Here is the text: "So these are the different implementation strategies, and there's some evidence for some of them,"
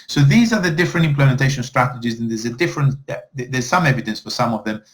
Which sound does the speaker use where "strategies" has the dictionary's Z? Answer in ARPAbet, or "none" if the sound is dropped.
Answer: Z